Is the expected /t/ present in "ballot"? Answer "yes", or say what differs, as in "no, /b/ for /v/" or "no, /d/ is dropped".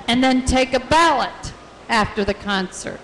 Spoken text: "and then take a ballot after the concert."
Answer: yes